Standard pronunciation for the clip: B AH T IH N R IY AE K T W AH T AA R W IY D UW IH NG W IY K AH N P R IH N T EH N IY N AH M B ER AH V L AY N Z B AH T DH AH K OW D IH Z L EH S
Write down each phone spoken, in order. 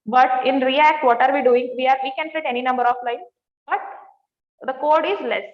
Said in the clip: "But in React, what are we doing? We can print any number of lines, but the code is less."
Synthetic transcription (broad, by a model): B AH T IH N R IY AE K T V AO T AA R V IY D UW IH NG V IY K AH N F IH T EH N IY N AH M B ER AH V L AY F B AH T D AH K OW D IH Z L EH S